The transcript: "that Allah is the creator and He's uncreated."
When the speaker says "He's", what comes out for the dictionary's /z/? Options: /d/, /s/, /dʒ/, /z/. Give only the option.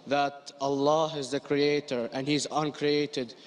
/z/